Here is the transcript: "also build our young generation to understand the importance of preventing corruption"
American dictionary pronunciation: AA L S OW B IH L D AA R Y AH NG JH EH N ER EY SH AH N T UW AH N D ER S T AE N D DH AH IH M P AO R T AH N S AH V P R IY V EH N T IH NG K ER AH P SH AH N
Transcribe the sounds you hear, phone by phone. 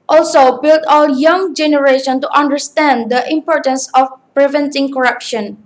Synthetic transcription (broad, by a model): AA L S OW B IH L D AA L Y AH NG JH EH N ER EY SH AH N T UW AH N D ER S T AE N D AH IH M P AO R T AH N S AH F P R IY V EH N T IH NG K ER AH P SH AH N